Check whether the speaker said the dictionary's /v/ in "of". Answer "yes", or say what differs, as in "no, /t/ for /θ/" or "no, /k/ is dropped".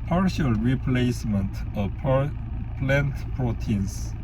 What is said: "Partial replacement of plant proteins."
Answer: no, /p/ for /v/